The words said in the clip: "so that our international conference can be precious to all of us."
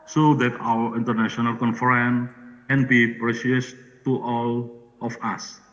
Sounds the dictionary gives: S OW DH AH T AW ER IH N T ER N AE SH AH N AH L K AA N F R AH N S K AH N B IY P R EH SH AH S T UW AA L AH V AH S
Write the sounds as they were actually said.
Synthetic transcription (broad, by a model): S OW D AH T AW ER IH N T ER N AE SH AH N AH L K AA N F R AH N K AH N B IY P R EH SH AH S T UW AA L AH F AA S